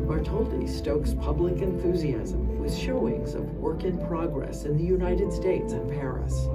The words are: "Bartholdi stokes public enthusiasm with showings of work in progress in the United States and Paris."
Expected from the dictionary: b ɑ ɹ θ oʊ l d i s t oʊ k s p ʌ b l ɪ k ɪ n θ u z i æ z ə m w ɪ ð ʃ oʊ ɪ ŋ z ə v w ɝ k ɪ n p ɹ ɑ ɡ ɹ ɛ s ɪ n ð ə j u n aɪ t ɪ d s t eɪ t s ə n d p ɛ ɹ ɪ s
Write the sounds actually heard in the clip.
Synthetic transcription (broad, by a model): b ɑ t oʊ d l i s t oʊ k s p ʌ b l ɪ k ɪ n θ u z i æ z ə m w ɪ ð ʃ oʊ ɪ ŋ z ə v w ɝ k ɪ n p ɹ ɑ ɡ ɹ ɛ s ɪ n ð ə j u n aɪ t ɪ d s t eɪ t s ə n p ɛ ɹ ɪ s